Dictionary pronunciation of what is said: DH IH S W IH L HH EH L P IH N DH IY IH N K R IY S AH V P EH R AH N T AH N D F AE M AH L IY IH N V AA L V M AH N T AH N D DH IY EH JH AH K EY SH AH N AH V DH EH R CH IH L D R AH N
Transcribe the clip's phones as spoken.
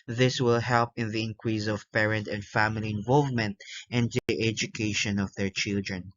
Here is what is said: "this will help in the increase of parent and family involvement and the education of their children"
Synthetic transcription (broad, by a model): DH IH S W IH L HH EH L P IH N DH IY IH N K R IY S AH V P EH R AH N T AH N D F AE M AH L IY IH N V AA L V M AH N T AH N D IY EH JH AH K EY SH AH N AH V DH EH R CH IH L D R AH N